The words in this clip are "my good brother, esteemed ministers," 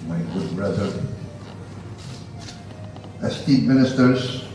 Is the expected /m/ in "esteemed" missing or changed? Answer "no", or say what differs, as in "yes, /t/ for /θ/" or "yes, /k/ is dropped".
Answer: yes, /m/ is dropped